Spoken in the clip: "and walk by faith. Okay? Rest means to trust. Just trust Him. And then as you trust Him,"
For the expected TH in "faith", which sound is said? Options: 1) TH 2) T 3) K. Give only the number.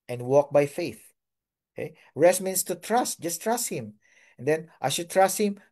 1